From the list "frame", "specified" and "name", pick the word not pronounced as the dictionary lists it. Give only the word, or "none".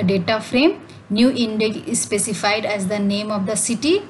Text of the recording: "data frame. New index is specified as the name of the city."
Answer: none